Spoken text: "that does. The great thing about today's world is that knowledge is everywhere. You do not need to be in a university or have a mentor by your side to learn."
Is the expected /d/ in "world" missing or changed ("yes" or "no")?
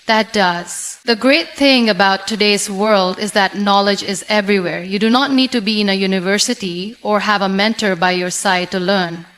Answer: no